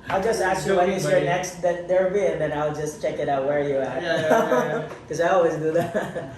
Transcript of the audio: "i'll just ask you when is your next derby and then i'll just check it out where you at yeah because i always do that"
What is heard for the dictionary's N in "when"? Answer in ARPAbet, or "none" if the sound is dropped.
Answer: none